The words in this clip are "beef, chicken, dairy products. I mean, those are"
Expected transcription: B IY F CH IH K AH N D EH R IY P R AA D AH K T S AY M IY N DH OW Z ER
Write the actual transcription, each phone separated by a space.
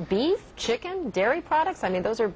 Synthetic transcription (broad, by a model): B IY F CH IH K AH N D EH R IY P R AA D AH K T S AY M IY N DH OW Z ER